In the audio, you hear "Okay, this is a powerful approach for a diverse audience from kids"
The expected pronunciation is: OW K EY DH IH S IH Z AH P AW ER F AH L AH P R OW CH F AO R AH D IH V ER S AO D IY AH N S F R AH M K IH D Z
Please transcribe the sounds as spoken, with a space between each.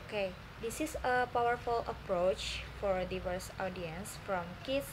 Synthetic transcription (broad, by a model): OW K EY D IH S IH S AH P AW ER F AH L AH P R OW CH F AO R D IH V ER S AO D IY AH N S F R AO M K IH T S